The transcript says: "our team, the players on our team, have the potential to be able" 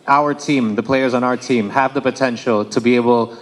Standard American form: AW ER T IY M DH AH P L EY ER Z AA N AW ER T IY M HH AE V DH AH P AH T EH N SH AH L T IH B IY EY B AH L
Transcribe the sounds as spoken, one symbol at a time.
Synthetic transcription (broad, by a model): AW ER T IY M DH AH P L EY ER Z N AW ER T IY M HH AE V DH AH P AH T EH N SH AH L T IH B IY EY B L